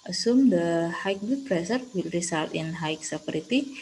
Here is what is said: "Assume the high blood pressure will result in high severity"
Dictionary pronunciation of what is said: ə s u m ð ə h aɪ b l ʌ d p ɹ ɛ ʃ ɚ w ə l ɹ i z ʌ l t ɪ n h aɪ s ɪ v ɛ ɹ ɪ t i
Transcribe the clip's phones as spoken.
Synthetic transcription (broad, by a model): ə s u m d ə h aɪ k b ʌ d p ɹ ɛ s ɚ w ə l ɹ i s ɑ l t ɪ n h aɪ s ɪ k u ɹ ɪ t i